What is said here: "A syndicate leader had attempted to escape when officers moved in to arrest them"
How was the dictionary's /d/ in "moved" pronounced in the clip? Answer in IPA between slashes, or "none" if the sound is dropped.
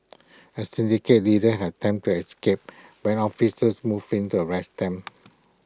none